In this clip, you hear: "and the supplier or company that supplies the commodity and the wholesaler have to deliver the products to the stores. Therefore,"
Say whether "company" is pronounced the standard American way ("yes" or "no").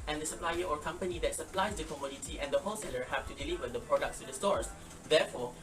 yes